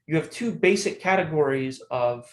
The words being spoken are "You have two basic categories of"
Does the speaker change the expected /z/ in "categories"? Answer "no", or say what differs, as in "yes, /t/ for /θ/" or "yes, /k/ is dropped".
no